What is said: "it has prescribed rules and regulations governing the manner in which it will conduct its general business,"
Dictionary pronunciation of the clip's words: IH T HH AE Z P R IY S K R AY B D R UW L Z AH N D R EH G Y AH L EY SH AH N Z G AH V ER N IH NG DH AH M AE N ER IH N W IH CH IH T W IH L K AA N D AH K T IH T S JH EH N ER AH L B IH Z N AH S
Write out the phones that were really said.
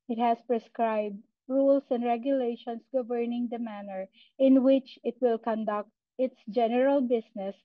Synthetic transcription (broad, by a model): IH T HH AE S P R IY S K R AY B D R UW L S AH N D R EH G Y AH L EY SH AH N S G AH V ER N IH NG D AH M AE N ER IH N W IH CH IH T W IH L K AA N D AH K T IH T S JH EH N ER AH L B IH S N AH S